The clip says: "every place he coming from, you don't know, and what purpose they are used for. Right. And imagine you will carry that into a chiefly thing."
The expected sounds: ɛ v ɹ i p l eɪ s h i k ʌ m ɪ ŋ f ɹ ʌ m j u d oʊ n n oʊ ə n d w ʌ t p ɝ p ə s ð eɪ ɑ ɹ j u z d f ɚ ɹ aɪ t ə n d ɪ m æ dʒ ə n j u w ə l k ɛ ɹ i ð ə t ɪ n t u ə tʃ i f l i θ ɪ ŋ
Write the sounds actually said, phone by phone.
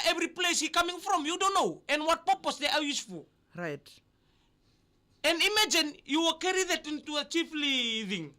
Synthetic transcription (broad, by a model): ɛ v ɹ i p l eɪ s h i k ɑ m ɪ ŋ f ɹ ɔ m j u d oʊ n n oʊ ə n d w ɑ t p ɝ p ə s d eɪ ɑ w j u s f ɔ ɹ aɪ t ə n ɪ m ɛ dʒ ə n j u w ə k ɛ ɹ i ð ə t ɪ n t u ə tʃ i f l i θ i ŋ